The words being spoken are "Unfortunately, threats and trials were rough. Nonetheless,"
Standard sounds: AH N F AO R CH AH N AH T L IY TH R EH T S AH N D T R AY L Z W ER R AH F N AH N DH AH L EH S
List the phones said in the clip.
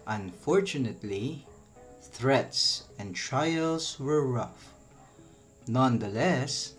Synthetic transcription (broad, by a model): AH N F AO R CH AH N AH T L IY TH R EH T S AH N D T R AY L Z W ER R AH F N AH N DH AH L EH S